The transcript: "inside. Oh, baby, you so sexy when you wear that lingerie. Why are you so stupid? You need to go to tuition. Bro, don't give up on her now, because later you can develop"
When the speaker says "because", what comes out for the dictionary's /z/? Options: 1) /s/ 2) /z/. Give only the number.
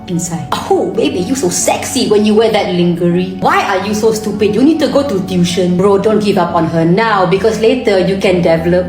1